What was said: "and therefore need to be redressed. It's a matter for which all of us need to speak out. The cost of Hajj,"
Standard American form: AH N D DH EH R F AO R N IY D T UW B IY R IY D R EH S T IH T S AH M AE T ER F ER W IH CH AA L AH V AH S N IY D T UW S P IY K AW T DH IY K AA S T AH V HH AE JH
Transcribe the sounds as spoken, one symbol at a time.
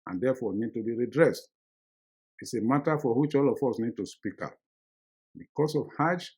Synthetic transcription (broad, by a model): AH N D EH F AO N IY D T UW B IY R IY D R EH S T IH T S AH M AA T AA F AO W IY CH AA L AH F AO S N IY D T UW S P IY K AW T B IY K AA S AH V HH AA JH